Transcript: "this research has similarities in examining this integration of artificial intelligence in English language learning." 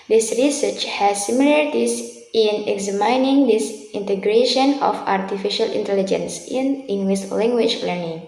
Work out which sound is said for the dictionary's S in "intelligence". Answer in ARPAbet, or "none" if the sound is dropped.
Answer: S